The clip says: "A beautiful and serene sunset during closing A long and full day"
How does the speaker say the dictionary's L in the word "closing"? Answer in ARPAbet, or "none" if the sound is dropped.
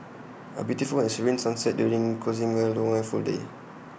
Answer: none